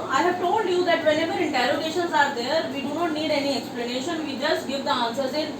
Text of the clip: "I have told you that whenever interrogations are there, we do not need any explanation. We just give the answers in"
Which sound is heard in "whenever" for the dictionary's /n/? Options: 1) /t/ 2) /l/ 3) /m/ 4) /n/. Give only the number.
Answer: 2